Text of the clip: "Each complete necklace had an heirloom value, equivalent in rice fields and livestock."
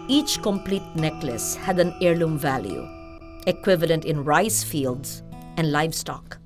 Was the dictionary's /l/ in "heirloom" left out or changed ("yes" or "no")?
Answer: no